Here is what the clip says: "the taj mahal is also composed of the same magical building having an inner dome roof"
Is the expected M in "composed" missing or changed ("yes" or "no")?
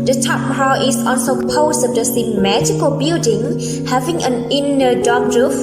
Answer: yes